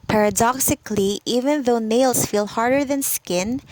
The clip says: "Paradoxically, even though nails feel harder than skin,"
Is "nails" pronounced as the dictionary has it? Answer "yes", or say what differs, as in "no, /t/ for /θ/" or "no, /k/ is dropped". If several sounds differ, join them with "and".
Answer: no, /s/ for /z/